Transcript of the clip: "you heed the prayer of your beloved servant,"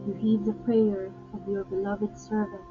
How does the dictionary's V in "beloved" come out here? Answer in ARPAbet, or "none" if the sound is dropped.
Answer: V